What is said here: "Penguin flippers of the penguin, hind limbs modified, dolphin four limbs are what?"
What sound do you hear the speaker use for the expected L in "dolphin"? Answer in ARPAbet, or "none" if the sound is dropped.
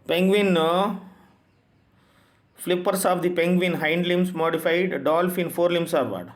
L